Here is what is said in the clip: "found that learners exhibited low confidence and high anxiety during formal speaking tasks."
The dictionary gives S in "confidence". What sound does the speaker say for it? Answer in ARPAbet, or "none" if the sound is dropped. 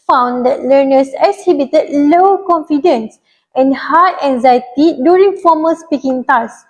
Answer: S